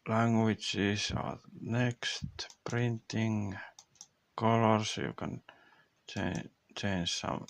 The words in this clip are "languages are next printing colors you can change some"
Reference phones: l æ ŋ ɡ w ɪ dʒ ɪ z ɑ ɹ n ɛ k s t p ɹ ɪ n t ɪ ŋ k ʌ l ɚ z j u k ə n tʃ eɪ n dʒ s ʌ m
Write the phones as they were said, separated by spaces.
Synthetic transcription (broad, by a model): l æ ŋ ɡ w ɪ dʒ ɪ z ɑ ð n ɛ k s t p ɹ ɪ n t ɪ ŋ k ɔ l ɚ s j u k ə n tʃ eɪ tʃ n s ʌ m